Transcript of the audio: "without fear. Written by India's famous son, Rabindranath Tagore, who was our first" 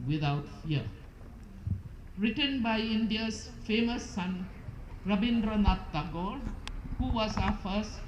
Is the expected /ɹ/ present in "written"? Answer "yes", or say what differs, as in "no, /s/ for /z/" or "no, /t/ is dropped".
yes